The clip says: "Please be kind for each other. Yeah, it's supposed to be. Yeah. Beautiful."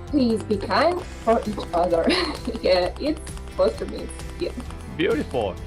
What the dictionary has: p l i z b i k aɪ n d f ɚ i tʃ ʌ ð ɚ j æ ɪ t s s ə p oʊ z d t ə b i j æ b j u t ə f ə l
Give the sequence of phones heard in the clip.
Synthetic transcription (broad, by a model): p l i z b i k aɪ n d f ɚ i tʃ ʌ ð ɚ j æ ɪ t s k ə ʊ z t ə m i j æ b j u t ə f l